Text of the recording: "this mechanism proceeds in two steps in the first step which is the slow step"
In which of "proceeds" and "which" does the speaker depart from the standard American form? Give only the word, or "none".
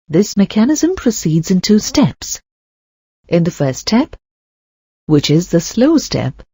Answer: none